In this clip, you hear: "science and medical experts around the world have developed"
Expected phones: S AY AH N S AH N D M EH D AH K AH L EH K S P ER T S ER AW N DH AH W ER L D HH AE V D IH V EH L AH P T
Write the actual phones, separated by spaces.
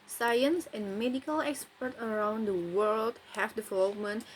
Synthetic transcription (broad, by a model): S AY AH N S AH N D M EH D AH K AH L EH K S P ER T ER AW N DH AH W ER L D HH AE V D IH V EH L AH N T